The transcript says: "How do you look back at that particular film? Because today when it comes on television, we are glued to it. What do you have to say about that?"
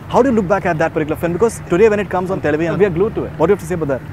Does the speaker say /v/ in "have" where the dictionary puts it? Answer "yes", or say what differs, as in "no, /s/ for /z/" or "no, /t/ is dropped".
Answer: no, /f/ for /v/